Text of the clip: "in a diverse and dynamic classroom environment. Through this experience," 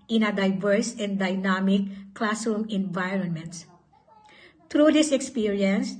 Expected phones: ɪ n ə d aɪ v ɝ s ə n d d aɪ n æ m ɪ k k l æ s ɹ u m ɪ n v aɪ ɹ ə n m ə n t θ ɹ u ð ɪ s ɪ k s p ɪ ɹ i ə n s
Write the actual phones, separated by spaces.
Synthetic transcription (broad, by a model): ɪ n ə d aɪ v ɝ s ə n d d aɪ n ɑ m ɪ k k l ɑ s u m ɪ n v aɪ ɹ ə n m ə n t t ɹ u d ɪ s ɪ k s p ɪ ɹ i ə n s